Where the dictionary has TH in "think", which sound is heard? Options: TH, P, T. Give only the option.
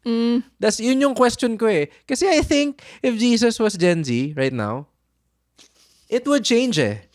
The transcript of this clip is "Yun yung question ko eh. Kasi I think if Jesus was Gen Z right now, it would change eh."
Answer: TH